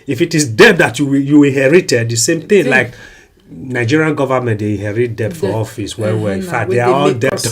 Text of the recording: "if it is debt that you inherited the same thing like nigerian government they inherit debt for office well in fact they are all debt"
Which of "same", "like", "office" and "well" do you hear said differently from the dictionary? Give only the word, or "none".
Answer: well